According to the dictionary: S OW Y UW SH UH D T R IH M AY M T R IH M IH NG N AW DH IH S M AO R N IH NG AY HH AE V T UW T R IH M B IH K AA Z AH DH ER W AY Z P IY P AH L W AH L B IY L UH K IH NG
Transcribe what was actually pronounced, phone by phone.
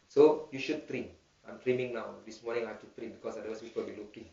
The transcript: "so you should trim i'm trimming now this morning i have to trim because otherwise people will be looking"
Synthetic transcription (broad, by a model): S OW Y UW SH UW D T R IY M AY M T R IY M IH NG N AW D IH S M AO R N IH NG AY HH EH F T UW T R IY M B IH K AA S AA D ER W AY S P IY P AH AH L B IY L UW K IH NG